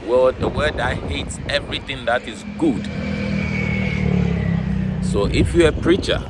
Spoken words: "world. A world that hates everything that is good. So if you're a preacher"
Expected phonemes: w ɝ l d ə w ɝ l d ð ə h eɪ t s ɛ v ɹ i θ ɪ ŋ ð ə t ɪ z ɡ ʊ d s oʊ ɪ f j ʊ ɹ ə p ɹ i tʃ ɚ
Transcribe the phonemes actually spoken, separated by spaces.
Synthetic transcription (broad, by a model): w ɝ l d ə w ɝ d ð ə h eɪ t s ɛ v ɹ i θ ɪ ŋ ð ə t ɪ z ɡ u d s oʊ ɪ f j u ə p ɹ i tʃ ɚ